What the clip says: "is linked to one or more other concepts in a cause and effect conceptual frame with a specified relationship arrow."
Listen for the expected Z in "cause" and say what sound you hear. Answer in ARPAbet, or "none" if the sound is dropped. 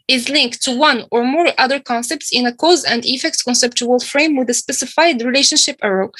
Z